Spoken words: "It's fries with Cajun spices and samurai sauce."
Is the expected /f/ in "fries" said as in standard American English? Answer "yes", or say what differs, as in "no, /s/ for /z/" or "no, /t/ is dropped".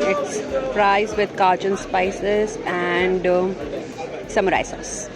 no, /p/ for /f/